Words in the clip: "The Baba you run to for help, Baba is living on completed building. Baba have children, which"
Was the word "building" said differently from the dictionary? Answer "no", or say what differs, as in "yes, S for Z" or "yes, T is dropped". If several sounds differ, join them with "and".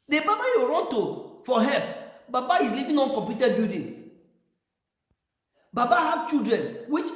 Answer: yes, L is dropped